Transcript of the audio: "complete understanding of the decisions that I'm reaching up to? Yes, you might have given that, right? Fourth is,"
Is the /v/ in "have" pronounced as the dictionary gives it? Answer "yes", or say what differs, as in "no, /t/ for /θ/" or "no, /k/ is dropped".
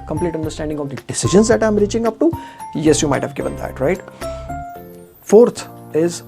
yes